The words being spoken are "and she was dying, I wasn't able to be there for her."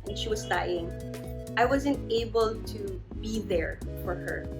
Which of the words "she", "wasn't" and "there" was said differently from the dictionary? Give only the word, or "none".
none